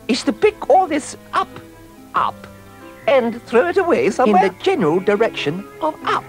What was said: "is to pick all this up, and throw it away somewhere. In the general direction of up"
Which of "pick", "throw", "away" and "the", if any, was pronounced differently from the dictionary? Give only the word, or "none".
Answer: none